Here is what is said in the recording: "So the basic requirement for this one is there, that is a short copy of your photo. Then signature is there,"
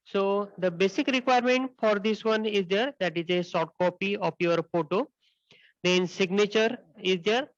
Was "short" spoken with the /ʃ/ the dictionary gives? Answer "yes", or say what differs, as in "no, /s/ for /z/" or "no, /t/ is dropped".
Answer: no, /s/ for /ʃ/